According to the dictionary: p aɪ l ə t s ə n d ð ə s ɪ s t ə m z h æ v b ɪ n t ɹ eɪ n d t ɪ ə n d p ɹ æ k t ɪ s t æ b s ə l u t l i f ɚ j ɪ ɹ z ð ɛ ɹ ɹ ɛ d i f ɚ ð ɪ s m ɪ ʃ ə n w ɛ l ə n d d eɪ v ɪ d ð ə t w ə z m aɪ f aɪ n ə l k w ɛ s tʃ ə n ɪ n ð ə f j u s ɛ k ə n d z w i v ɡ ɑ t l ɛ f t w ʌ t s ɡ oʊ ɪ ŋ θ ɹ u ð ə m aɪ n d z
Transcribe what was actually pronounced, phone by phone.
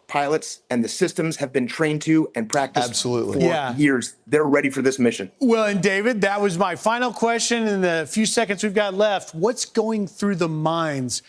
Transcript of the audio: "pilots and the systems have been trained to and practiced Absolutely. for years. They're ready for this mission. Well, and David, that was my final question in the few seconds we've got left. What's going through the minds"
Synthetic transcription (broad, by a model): p aɪ l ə t s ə n ð ə s ɪ s t ə m z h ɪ v b ɪ n t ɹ eɪ n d t ɪ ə n p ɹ æ k t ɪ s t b s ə l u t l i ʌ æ j ɪ ɹ z ð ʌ ɹ ɹ ɛ d i f ɚ ð ɪ s m ɪ ʃ ə n w ɛ l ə n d d eɪ v ɪ d ð ə t w ə z m aɪ f aɪ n l k w ɛ s tʃ ə n ɪ n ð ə f j u s ɛ k ə n d z w i v ɡ ɑ t l ɛ f t w ʌ t s ɡ oʊ ɪ ŋ θ ɹ u ð ə m aɪ n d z